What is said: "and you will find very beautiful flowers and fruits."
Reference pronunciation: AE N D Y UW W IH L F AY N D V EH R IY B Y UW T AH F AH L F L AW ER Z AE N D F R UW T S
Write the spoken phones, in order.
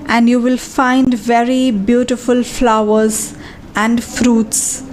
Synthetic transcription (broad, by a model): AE N D Y UW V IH L F AY N D V EH R IY B Y UW T AH F AH L F L AW ER Z AE N D F R UW T S